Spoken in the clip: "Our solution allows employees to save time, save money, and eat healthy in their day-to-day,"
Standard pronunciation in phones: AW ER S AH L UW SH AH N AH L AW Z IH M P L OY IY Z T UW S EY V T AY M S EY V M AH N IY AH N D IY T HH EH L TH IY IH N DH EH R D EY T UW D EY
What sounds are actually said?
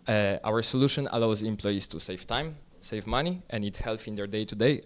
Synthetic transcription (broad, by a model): AW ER S AH L UW SH AH N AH L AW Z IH M P L OY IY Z T UW S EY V T AY M S EY V M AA N IY AH N D IY T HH EH L F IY N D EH R D EY T UW D EY